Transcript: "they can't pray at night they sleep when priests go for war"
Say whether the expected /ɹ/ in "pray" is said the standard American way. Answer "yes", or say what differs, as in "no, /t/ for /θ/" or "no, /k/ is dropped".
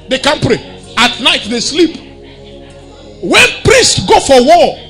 yes